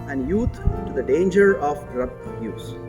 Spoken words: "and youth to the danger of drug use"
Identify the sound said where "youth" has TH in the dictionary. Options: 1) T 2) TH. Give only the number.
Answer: 1